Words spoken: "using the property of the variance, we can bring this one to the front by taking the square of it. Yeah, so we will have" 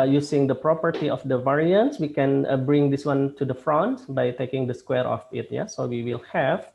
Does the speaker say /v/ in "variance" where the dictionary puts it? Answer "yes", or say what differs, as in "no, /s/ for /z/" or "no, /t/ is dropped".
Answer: yes